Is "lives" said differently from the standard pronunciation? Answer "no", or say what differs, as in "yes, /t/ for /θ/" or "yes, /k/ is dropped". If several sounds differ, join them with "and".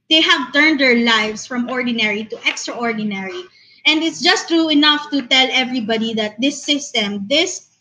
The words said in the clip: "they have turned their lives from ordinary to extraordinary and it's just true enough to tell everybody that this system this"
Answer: yes, /s/ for /z/